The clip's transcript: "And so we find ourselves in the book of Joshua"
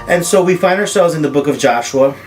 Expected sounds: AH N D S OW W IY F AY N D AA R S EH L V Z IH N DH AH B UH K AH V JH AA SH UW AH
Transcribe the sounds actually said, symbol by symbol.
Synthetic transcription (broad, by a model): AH N S OW W IY F AY N D AA R S EH L V Z IH N DH AH B UH K AH V JH AA SH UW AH